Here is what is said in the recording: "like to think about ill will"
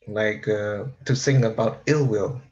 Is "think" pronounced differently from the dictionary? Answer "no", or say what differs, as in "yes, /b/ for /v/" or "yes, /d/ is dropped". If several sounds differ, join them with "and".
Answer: yes, /s/ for /θ/ and /k/ is dropped